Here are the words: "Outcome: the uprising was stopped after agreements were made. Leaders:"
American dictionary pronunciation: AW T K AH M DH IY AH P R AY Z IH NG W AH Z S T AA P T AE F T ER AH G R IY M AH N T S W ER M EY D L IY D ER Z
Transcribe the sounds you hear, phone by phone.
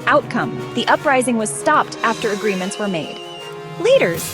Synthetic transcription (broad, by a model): AW T K AH M DH IY AH P R AY Z IH NG W AH Z S T AA P T AE F T ER AH G R IY M AH N T S W ER M EY D L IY D ER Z